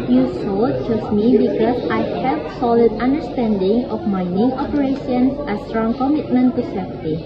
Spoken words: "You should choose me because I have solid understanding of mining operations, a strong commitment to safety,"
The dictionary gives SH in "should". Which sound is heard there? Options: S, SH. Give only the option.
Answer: S